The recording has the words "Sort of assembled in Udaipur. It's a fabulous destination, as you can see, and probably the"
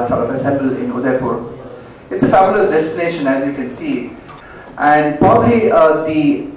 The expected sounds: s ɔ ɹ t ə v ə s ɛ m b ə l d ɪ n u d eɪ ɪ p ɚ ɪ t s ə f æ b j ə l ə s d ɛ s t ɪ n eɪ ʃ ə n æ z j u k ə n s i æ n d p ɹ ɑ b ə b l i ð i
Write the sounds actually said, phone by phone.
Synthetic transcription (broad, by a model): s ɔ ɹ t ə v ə s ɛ m b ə l ɪ n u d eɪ p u ɪ t s ə f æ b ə l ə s d ɛ s t ɪ n eɪ ʃ ə n æ z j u k ə n s i æ n d p ɹ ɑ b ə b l i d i